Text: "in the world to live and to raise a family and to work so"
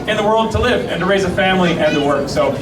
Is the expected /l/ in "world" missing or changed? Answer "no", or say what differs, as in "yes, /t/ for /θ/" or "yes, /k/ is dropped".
no